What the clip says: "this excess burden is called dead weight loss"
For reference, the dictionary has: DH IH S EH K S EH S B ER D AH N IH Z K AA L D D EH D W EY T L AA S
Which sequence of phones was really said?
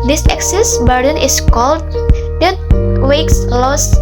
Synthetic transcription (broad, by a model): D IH S EH K S EH S B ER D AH N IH S K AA L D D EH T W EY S L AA S